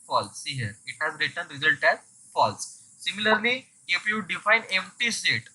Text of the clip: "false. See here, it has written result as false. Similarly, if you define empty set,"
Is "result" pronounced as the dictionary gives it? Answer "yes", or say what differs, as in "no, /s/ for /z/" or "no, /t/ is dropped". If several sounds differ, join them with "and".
yes